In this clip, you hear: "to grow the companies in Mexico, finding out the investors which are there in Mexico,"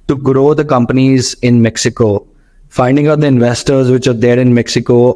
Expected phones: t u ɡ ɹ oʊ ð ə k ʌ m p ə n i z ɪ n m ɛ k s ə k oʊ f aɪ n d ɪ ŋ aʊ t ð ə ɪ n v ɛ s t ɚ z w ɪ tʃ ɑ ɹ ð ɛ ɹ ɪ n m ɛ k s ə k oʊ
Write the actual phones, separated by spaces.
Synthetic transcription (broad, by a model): t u ɡ ɹ oʊ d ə k ʌ m p ə n i z ɪ n m ɛ k s ə k oʊ f aɪ n d ɪ ŋ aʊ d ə ɪ n v ɛ s t ɚ z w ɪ tʃ ɑ ɹ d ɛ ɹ ɪ n m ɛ k s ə k oʊ